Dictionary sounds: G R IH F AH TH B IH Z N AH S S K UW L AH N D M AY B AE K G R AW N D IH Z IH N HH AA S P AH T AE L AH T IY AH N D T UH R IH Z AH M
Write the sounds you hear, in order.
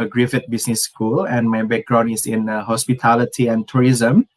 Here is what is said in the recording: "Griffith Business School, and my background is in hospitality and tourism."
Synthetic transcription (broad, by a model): G R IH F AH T B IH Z N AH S S K UW L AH N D M AY B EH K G R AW N IH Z IH N HH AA S P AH T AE L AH T IY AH N T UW R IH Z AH M